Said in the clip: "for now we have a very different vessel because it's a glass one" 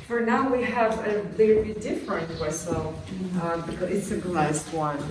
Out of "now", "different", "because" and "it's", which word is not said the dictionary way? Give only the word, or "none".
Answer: because